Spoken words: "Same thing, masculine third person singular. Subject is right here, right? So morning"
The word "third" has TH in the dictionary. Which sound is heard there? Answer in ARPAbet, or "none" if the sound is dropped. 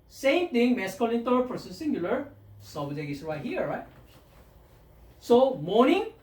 T